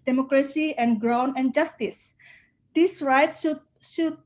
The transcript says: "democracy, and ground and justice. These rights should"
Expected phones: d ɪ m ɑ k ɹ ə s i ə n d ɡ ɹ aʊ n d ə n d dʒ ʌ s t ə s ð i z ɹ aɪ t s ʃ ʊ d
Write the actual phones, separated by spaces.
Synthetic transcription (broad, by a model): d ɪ m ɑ k ɹ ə s i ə n ɡ ɹ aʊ n ə n dʒ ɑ s t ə s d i s ɹ aɪ t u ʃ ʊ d